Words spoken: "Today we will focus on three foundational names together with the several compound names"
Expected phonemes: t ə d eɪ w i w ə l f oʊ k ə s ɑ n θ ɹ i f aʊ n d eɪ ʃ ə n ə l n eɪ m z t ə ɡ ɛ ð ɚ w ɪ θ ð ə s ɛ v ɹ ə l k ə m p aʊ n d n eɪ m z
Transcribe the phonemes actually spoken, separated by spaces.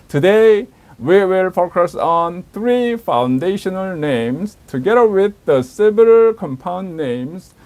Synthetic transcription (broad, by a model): t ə d eɪ w i w ə l f oʊ k ə s ɑ n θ ɹ i f aʊ n d eɪ ʃ ə n ə l n eɪ m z t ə ɡ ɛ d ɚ w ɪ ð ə s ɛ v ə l k ə m p aʊ n d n eɪ m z